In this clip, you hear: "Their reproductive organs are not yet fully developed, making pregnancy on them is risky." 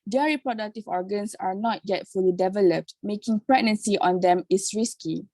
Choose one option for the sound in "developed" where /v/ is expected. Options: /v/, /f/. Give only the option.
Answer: /v/